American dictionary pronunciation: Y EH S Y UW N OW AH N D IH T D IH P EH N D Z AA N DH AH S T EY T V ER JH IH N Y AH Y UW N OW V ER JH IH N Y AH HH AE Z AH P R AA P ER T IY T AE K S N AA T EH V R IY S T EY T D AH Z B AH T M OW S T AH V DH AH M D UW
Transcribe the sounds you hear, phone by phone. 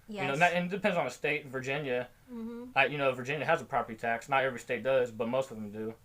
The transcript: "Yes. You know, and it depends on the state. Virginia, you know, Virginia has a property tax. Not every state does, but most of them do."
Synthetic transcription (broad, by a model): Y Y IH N OW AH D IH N D IH P EH N D Z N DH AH S T EY T V ER JH IH N Y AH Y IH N OW V ER JH IH N Y AH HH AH Z AH P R AA P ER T IY T AE K S N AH T EH V R IY S T EY T D AH Z B AH T M OW S T AH V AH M D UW